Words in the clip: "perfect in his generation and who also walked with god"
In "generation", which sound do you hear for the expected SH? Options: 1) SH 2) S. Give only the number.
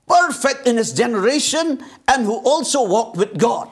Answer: 1